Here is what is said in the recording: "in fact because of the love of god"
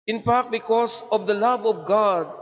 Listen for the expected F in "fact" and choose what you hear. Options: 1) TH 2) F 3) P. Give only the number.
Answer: 3